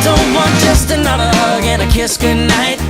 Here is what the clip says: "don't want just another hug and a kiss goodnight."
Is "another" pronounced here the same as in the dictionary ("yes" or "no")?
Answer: yes